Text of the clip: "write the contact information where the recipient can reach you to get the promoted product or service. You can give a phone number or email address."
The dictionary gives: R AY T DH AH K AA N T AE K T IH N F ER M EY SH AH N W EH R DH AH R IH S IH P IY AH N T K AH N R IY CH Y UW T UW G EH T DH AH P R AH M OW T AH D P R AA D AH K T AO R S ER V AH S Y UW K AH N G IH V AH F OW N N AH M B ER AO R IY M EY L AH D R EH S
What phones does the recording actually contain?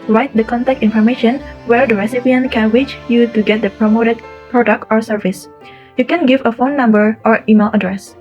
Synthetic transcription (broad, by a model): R AY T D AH K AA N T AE K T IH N F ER M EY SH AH N W EH R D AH R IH S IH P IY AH N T K AH N W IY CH Y UW T UW G EH T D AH P R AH M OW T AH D P R AA D AH K T AO R S ER V AH S Y UW K AH N G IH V AH F OW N N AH M B ER AO R IY M EY L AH D R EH S